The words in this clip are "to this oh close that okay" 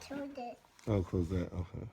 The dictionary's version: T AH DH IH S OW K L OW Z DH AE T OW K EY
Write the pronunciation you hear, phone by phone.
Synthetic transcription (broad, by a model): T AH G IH OW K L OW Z DH AE T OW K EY